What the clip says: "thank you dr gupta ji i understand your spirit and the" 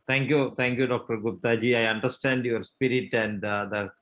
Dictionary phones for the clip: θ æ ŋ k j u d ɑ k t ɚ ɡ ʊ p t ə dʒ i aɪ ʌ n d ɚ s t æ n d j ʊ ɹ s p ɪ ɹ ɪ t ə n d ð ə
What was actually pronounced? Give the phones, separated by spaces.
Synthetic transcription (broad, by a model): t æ ŋ k j u d ɑ k t ɚ ɡ ʊ p t ə dʒ i aɪ ʌ n d ɚ s t æ n d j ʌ ɹ s p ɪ ɹ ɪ t ə n d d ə